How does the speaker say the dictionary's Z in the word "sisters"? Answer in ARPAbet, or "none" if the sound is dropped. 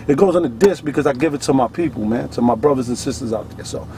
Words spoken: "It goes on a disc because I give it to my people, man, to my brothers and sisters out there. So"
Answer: Z